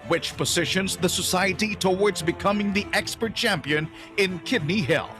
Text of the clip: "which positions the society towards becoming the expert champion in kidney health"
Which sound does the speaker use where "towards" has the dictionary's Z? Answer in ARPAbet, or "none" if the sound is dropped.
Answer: Z